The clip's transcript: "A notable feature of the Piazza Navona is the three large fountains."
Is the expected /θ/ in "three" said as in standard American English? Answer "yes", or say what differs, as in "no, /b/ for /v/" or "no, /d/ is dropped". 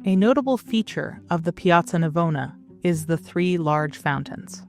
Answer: yes